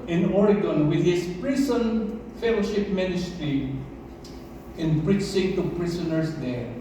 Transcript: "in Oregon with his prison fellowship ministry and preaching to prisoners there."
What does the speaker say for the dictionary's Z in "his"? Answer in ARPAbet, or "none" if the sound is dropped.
S